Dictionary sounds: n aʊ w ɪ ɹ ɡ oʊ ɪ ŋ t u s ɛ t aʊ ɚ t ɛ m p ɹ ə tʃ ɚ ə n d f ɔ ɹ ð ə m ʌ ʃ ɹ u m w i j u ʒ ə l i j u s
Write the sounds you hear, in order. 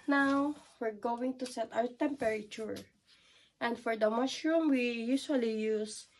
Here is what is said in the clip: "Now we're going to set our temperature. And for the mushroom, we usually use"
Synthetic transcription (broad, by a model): n aʊ w ɪ ɹ ɡ oʊ ɪ ŋ t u s ɛ t aʊ ɚ t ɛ m p ɹ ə tʃ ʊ ə n d f ɔ ɹ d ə m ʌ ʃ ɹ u m w i j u s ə l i j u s